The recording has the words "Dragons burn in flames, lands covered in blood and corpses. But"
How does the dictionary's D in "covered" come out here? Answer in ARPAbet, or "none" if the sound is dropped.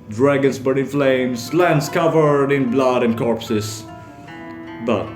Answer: D